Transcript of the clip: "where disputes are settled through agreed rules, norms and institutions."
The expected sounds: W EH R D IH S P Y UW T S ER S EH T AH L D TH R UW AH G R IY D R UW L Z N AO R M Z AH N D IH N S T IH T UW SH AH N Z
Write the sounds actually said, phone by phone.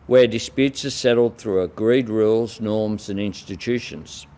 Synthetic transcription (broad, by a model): W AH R D IH S P Y UW T S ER S EH T L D TH R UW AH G R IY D R UW L Z N AO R M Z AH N IH N S T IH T UW SH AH N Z